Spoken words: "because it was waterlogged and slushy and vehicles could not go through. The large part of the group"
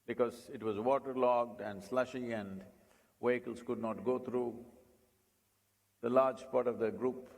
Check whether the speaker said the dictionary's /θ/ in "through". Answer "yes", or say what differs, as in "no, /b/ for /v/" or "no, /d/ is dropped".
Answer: no, /t/ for /θ/